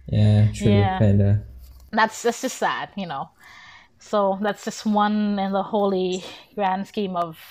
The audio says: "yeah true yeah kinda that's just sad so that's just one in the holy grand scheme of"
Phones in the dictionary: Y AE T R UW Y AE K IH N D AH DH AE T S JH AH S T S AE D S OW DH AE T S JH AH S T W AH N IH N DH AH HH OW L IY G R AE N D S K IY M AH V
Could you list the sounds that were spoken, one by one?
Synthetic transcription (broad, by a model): Y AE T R Y AE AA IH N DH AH DH AE T S JH AH S T S AE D S OW DH AE T S JH AH S T W AH N IH N DH AH HH OW L IY G R AE N D S K IY M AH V